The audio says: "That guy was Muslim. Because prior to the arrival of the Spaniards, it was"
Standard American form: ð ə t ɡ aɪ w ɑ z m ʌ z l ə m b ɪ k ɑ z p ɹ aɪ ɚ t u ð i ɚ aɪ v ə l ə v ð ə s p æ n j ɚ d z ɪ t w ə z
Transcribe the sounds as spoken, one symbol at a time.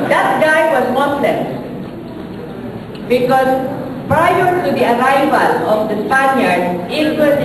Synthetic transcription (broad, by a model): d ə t ɡ aɪ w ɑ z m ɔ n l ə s b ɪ k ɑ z p ɹ aɪ ɚ t u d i ɚ aɪ v ə l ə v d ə s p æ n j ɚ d ɪ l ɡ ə